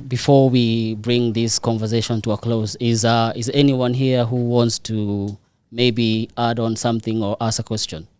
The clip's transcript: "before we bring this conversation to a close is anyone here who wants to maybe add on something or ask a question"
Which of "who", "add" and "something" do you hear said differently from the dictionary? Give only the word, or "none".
none